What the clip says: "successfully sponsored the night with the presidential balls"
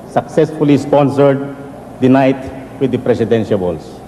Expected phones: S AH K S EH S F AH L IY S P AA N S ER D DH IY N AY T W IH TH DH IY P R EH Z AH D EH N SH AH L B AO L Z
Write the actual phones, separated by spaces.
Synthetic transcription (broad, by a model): S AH K S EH S F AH L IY S P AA N S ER D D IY N AY T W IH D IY P R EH S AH D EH N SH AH L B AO L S